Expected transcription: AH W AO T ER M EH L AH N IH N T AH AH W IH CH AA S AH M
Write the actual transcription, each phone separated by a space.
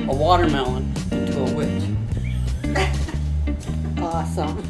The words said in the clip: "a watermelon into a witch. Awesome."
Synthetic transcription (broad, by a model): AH W AO T ER M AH IH N T AH AH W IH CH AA S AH M